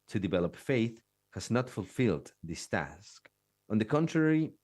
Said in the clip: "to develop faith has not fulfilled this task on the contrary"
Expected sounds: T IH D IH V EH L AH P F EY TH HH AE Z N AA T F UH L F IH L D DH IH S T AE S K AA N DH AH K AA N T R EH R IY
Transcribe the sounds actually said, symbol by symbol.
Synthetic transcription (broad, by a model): T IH D IH V EH L AH P F EY TH HH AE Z N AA T F UH L F IH L D DH IH S T AE S K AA N DH AH K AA N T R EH R IY